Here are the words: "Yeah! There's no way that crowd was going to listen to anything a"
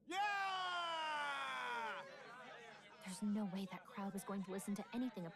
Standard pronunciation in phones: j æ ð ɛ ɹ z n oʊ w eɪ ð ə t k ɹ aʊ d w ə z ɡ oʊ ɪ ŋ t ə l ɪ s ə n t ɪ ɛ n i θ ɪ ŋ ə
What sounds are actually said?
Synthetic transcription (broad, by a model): j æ ð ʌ ɹ z n oʊ w eɪ ð ə t k ɹ aʊ d w ə z ɡ oʊ ɪ ŋ t ə l ɪ s n t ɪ ɛ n i θ ɪ ŋ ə